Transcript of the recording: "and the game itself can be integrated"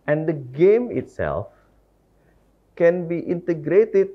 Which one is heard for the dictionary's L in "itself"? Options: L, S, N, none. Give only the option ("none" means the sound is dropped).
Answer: L